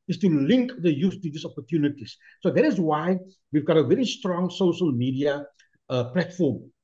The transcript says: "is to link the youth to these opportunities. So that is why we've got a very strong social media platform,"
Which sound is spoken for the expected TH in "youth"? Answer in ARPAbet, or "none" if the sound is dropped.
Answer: S